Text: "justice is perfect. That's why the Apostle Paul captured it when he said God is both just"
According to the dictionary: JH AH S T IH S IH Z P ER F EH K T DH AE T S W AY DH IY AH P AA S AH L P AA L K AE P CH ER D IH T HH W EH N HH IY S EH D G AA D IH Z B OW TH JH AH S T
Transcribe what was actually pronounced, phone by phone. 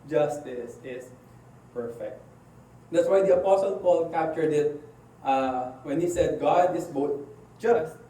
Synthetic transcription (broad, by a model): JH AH S T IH S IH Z P ER F EH K T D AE T S W AY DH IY AH P AA S AH L P AA L K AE P CH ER D IH T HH W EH N HH IY S EH D G AA D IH S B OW T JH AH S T